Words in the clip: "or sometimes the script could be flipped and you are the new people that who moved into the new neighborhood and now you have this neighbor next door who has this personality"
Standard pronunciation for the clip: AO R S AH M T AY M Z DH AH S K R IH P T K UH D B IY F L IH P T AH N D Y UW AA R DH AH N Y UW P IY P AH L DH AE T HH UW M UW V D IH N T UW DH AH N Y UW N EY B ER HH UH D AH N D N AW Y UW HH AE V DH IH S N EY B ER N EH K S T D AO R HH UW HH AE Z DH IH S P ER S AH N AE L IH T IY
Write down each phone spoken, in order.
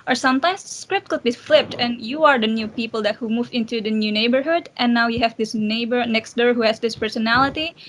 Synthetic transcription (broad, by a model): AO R S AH M T AY M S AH S K R IH P T K UH D B IY F L IH P T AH N Y UW AA R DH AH N Y UW P IY P AH L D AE T HH UW M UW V IH N T UW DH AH N Y UW N EY B ER HH UH D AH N N AW Y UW HH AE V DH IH S N EY B ER N EH K S T D AO R HH UW HH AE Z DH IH S P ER S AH N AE L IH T IY